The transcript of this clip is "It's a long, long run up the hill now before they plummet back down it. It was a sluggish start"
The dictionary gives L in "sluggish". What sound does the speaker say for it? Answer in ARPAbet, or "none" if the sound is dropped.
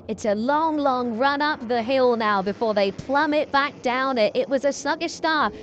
none